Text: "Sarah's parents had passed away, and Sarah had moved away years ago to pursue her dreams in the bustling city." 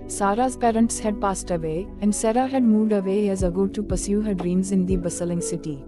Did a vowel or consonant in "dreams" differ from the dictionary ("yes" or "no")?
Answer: no